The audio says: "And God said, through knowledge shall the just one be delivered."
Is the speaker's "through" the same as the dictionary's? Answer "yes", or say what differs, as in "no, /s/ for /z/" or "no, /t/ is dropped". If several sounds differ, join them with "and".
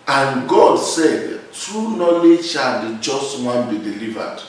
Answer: no, /t/ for /θ/